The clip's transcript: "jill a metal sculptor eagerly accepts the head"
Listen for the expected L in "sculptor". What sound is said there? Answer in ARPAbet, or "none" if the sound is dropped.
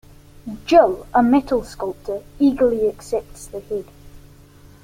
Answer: L